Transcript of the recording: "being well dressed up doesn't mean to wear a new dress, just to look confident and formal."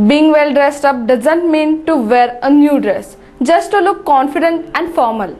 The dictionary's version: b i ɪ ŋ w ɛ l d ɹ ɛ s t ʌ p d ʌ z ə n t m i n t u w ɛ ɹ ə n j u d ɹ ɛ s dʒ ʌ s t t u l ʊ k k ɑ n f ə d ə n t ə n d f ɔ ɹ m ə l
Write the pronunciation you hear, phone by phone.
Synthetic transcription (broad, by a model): b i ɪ ŋ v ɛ l d ɹ ɛ s t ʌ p d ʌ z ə n t m i n t u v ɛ ɹ ə n j u d ɹ ɛ s dʒ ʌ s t t u l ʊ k k ɑ n f ə d ə n t ə n d f ɔ ɹ m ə l